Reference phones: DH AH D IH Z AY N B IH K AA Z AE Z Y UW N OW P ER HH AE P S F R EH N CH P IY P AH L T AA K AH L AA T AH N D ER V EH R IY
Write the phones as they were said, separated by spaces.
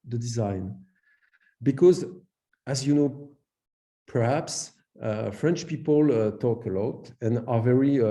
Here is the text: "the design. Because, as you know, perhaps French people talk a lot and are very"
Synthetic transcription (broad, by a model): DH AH D IH Z AY N B IH K AA Z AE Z Y UW N OW P ER HH AE P S F R EH N CH P IY P AH L T AA K AH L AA T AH N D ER V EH R IY